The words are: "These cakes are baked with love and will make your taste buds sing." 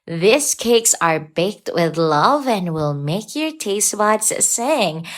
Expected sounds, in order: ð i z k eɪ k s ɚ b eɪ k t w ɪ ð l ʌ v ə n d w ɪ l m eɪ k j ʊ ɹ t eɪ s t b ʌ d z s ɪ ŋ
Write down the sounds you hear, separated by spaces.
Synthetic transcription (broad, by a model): ð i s k eɪ k s ɚ b eɪ k t w ɪ ð l ʌ v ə n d w ɪ l m eɪ k j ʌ ɹ t eɪ s t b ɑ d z s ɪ ŋ